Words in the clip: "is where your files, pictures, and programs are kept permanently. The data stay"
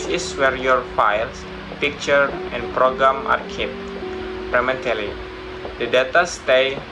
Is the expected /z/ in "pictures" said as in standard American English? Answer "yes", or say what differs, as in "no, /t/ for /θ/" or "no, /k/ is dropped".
no, /z/ is dropped